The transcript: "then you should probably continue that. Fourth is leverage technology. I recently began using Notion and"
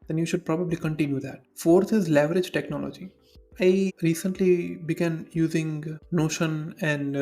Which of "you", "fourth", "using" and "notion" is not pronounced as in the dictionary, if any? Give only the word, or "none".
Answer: fourth